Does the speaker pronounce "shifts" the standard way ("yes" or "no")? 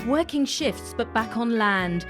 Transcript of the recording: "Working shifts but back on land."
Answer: yes